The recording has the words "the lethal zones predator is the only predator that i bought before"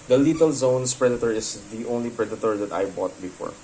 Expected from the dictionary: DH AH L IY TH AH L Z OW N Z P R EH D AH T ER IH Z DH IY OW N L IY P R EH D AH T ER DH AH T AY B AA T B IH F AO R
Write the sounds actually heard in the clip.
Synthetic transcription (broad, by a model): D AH L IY T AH L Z OW N S P R EH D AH T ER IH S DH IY OW N L IY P R EH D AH T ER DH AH T AY B AA T B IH F AO R